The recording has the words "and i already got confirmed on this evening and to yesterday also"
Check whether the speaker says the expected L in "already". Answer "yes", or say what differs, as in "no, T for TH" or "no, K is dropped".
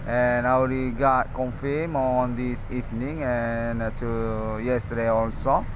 no, W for L